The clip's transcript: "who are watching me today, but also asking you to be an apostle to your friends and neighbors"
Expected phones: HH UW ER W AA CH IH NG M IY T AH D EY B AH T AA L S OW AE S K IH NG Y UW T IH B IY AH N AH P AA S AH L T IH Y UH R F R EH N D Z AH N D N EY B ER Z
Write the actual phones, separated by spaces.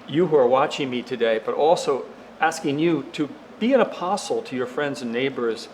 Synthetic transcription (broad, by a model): HH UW ER W AA CH IH NG M IY T AH D EY B AH T AA L S OW AE S K IH NG Y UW T IH B IY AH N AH P AA S L T IH Y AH R F R EH N D Z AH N N EY B ER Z